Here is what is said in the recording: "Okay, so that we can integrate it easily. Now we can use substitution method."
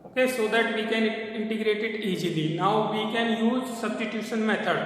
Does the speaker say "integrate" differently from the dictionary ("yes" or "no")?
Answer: no